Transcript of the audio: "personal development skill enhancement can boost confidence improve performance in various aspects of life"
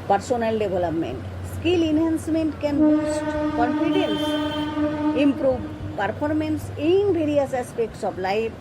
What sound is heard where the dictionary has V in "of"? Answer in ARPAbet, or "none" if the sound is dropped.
B